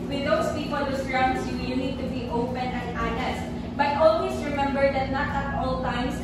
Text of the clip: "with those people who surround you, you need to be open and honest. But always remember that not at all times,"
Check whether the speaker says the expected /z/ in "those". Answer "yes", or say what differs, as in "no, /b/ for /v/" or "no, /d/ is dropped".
no, /s/ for /z/